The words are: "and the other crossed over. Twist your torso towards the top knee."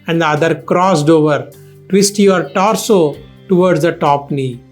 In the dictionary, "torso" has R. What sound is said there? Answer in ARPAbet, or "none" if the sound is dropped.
R